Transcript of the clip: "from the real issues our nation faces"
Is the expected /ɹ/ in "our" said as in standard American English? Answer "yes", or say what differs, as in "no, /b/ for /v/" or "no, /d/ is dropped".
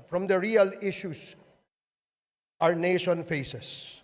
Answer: yes